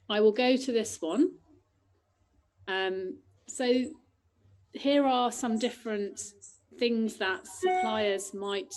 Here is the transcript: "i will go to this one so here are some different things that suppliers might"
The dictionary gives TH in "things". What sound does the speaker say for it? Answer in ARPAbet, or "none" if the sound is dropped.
TH